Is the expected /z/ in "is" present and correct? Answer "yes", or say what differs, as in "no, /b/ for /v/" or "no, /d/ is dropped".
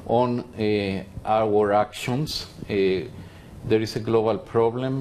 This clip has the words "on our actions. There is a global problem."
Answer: no, /s/ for /z/